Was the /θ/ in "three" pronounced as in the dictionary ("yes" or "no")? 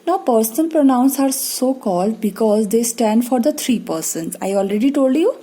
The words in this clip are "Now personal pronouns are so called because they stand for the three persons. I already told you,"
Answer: no